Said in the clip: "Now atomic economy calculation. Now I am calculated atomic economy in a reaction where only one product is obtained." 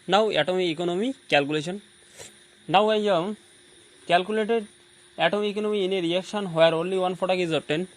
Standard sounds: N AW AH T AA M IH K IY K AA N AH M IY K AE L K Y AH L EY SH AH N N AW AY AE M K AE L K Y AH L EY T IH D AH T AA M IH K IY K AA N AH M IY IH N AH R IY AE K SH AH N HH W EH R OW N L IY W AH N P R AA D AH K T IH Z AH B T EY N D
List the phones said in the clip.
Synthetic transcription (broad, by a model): N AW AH T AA M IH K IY K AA N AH M IY K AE L K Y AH L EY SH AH N N AW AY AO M K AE L K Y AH L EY T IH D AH T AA M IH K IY K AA N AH M IY N AH R IY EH K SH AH N HH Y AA R OW N L IY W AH N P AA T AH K IH Z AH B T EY N